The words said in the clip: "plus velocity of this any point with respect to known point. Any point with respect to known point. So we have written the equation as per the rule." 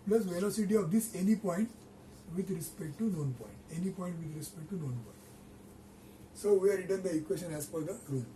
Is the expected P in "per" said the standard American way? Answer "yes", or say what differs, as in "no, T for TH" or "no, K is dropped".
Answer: no, F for P